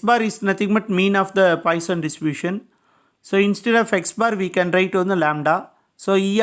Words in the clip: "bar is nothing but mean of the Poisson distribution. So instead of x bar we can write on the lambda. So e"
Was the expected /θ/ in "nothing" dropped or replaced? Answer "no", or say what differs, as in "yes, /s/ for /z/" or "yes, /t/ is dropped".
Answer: yes, /t/ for /θ/